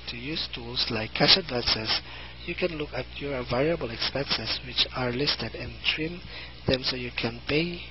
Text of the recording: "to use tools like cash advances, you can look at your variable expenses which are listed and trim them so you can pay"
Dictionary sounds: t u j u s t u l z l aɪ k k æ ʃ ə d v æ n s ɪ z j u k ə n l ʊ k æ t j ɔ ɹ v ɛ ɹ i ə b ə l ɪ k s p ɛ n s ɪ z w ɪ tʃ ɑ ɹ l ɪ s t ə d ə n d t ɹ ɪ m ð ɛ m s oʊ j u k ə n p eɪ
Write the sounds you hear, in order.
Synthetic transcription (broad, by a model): t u j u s t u l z l aɪ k k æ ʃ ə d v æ n s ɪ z j u k ə n l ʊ k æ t j ɔ ɹ v ɛ ɹ i ə b ə l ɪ k s p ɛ n s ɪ s w ɪ tʃ ɑ ɹ l ɪ s t ə d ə n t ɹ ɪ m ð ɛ m s oʊ j u k ə n p eɪ